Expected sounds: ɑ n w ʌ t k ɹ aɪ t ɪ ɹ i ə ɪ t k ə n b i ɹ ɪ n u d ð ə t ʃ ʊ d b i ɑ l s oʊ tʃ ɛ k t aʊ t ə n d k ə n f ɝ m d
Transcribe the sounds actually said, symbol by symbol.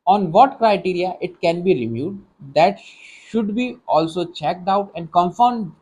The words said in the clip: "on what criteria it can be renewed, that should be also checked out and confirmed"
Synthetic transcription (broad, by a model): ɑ n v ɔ t k ɹ aɪ t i ɹ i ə ɪ t k ə n b i l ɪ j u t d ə t ʃ ʊ d b i ɑ l s oʊ tʃ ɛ k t aʊ t ə n d k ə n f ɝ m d